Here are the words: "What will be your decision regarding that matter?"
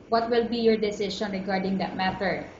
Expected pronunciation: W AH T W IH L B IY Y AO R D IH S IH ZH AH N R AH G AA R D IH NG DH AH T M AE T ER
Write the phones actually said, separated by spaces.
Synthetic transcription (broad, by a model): W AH T W IH L B IY Y AO R D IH S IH SH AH N R AH G AA R D IH NG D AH T M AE T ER